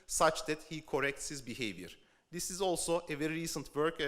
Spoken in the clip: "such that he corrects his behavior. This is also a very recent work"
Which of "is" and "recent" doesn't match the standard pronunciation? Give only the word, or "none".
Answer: none